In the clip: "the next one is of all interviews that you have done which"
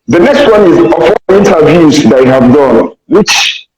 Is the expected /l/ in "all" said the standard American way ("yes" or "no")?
no